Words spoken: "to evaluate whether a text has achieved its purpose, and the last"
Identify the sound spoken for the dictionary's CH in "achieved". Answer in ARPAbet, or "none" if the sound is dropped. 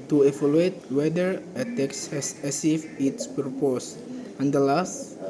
S